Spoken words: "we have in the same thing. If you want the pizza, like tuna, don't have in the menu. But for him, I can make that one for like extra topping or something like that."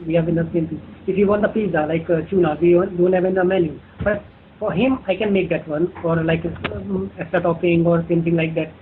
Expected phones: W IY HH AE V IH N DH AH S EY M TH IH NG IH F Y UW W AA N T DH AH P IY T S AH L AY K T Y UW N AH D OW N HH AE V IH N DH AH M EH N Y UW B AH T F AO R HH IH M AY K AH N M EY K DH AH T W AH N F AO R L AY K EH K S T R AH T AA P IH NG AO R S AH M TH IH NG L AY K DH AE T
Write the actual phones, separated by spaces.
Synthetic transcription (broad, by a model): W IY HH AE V IH N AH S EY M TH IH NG IH F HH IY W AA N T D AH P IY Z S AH L AY K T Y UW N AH D OW N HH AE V IH N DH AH M EH N Y UW B AH T F AO R HH IH M AY K AH N M EY K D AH T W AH N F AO R L AY K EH S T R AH T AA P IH NG AO R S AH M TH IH NG L AY K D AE T